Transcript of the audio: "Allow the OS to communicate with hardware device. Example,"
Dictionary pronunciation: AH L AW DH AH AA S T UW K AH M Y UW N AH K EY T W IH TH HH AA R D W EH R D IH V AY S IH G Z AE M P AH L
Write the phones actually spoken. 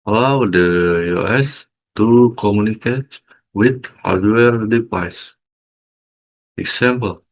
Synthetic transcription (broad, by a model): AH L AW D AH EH S T UW K AH M Y UW N AH K EY T W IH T HH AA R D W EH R D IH P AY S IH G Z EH M P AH L